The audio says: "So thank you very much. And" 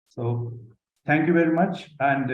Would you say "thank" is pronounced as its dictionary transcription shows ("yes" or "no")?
no